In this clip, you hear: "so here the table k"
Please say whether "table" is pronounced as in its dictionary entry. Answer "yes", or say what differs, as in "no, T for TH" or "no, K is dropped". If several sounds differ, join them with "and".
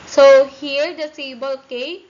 no, S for T